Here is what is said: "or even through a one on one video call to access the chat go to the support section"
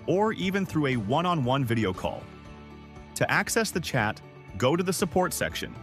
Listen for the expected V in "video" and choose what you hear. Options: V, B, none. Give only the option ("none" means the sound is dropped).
V